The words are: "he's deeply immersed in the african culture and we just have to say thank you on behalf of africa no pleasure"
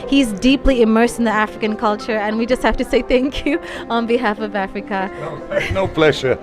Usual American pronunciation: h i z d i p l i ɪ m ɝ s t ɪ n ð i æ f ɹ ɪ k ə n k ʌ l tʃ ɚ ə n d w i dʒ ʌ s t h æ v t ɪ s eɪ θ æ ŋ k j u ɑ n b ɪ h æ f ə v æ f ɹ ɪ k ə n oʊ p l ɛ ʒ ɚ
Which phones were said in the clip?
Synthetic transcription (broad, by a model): h i z d i p l i ɪ m ɝ s t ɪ n ð i æ f ɹ ɪ k ə n k ʌ l tʃ ɚ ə n w i dʒ ʌ s t h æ f t ɪ s eɪ θ æ ŋ k j u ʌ n b ɪ h æ f ə v æ f ɹ ɪ k ə n oʊ p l ɛ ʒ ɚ